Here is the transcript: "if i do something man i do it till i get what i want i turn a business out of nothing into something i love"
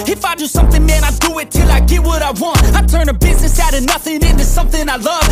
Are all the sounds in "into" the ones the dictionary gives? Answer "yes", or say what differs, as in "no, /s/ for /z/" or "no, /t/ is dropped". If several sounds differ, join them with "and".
yes